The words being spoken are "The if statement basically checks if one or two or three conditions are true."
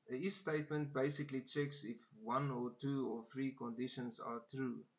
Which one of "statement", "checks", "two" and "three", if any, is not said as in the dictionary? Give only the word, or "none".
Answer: none